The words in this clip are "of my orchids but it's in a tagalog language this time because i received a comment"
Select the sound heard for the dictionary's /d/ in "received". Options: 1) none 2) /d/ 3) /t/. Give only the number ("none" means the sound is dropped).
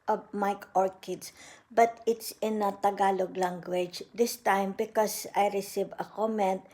1